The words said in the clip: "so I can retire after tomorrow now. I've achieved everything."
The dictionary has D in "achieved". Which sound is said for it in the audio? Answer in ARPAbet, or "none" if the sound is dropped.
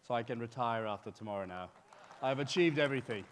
D